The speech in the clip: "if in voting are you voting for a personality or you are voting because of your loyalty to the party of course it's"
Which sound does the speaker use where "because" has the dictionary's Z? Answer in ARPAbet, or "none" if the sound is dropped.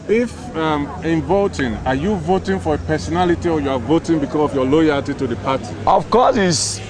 S